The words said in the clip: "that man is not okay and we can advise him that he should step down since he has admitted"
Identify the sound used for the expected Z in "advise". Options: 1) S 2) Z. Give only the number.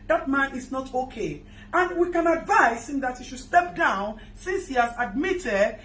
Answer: 1